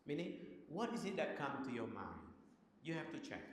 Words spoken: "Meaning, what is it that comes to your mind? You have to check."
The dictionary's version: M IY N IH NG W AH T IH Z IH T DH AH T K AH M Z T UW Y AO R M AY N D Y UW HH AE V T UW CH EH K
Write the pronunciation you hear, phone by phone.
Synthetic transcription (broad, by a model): M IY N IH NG W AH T IH Z IH T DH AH T K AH M T UW Y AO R M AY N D Y UW HH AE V T UW CH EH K